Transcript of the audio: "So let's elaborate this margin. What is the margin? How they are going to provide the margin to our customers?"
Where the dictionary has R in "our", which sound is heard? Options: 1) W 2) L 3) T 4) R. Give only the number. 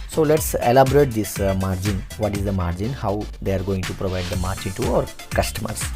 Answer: 4